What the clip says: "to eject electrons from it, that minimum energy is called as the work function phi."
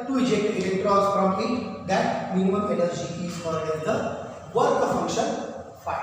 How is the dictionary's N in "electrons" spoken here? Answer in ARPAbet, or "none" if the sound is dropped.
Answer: none